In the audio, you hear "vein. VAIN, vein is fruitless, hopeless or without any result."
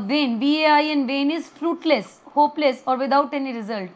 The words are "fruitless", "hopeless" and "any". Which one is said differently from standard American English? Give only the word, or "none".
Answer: none